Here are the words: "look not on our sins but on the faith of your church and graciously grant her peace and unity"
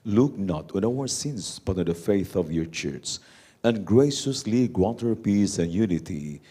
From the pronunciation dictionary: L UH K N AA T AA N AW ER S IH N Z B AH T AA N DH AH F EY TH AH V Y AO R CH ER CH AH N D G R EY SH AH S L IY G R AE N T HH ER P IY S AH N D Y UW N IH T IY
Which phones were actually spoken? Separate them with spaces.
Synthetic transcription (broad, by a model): L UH K N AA T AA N AW ER S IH N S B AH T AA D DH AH F EY TH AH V Y AO R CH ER S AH N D G R EY SH AH S L IY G W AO T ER P IY S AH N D Y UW N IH T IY